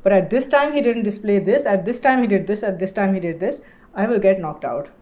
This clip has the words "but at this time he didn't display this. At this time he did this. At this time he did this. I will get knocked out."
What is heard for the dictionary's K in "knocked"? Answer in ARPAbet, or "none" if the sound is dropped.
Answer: K